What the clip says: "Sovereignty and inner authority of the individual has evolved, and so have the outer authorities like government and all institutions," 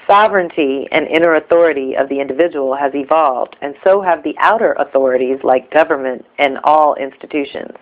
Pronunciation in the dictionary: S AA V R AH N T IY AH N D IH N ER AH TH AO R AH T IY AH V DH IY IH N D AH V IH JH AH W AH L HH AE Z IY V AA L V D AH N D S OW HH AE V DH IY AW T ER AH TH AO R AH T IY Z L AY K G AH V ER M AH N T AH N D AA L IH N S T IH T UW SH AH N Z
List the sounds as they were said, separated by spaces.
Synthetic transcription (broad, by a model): S AA V R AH N T IY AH N IH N ER AH TH AO R AH T IY AH V DH IY IH N D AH V IH JH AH W L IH Z IY V AA L V D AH N S OW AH V DH IY AW T ER AH TH AO R AH T IY Z L AY K G AH V ER M AH N T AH N AA L IH N S T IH T UW SH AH N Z